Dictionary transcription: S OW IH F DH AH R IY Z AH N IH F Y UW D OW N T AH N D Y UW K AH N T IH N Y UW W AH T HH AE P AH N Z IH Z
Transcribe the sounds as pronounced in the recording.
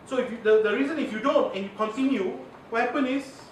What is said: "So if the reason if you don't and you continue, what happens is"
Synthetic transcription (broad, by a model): S OW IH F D AH R IY Z AH N IH F Y UW D OW N T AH N Y UW K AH N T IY N Y UW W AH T HH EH P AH N IH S